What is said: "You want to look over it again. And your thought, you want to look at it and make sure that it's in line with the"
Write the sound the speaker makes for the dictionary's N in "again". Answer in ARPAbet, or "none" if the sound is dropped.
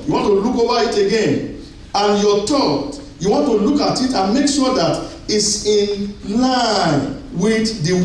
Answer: N